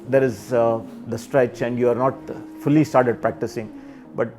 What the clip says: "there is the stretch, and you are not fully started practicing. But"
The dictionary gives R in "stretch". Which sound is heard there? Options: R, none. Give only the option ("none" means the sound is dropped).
R